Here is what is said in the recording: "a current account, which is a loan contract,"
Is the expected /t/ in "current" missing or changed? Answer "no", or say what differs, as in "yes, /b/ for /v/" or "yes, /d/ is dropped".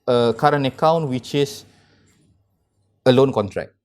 yes, /t/ is dropped